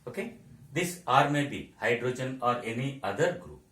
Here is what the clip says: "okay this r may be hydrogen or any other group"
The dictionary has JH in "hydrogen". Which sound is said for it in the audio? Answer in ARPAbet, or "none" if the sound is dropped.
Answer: JH